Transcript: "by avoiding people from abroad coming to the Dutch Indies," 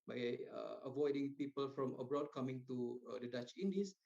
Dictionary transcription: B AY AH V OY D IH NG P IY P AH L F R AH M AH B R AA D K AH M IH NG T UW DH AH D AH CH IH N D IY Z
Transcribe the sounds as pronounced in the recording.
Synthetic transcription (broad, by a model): B AY AH V OY D IH NG P IY P AH L F R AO M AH B R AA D K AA M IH NG T UW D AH D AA CH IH N D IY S